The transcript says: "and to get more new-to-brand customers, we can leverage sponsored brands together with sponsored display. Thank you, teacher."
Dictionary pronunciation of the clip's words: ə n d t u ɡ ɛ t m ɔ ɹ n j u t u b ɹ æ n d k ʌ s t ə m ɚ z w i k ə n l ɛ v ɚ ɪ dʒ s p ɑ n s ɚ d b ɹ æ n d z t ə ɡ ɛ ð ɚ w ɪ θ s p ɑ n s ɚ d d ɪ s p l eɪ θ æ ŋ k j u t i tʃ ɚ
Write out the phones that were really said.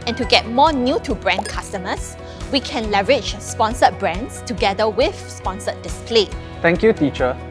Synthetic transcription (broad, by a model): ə n t u ɡ ɛ t m ɔ n j u t u b ɹ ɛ n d k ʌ s t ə m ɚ s w i k ə n l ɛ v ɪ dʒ s p ɑ n s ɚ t b ɹ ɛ n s t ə ɡ ɛ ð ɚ w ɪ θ s p ɑ n s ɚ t d ɪ s p l eɪ t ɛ ŋ k j u t i tʃ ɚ